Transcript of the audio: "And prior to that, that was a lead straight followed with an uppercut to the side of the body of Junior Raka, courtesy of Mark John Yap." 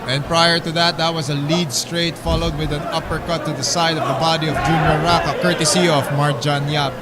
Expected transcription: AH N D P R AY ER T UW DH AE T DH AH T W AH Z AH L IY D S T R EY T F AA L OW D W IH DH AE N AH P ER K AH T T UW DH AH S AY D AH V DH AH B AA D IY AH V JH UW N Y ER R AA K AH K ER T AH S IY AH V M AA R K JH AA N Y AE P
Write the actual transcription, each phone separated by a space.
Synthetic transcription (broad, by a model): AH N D P R AY ER T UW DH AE T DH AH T W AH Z AH L IY D S T R EY T F AA L OW D W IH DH AE N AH P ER K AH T T UW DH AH S AY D AH V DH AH B AA D IY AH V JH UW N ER R AA K AH K ER T AH S IY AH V M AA R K JH AA N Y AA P